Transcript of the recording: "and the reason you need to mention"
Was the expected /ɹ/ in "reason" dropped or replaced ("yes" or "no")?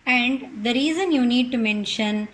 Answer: no